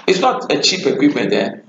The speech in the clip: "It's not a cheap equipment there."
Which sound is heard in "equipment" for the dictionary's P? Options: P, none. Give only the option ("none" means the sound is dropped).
none